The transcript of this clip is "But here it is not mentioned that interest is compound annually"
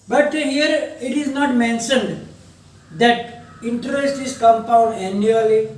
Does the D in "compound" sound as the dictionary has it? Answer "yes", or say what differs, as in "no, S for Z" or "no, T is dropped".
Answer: yes